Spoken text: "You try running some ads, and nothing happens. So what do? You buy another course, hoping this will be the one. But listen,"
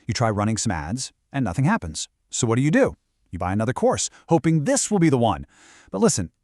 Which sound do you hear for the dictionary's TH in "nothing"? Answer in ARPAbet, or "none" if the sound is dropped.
TH